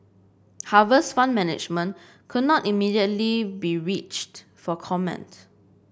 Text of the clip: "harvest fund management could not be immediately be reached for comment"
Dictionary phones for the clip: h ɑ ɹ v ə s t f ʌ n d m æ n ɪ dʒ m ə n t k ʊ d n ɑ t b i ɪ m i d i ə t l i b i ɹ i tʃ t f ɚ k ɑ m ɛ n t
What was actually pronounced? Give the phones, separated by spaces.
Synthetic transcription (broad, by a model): h ɑ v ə s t f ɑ n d m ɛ n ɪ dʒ m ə n k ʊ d n ɑ t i m i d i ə t l i b i ɹ i tʃ t f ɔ k ɑ m ɛ n t